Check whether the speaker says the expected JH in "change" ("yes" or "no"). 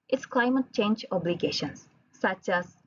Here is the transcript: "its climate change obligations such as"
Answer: yes